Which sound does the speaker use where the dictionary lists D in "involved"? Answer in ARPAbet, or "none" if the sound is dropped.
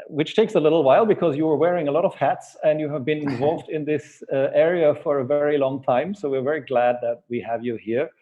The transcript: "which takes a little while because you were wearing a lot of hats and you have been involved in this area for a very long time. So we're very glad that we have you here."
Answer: D